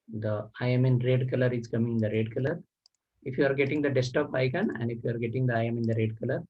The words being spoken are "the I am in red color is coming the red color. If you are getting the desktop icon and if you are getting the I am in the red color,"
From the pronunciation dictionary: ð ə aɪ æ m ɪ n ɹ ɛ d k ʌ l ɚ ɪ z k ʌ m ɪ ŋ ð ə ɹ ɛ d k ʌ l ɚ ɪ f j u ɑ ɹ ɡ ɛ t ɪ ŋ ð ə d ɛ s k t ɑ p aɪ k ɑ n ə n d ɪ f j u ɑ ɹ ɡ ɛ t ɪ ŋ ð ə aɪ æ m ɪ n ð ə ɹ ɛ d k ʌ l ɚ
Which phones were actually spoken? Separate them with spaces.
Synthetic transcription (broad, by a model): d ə aɪ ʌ m ɪ n ɹ ɛ d k ʌ l ɚ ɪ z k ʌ m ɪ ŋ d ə ɹ ɛ d k ʌ l ɚ ɪ f j u ɑ ɹ ɡ ɛ t ɪ ŋ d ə d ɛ s t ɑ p aɪ k ɑ n ə n d ɪ f j u ɑ ɹ ɡ ɛ t ɪ ŋ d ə aɪ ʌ m ɪ n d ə ɹ ɛ d k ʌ l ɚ